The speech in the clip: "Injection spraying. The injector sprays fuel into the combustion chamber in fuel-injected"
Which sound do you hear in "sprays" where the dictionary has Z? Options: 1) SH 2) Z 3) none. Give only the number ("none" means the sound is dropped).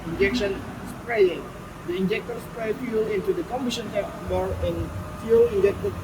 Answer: 3